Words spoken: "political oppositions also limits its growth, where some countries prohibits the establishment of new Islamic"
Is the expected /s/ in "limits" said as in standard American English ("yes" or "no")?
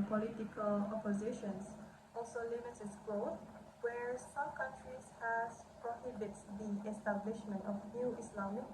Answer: no